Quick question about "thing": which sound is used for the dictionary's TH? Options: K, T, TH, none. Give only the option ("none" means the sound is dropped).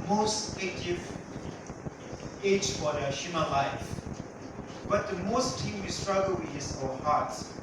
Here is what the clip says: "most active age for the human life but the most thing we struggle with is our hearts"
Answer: T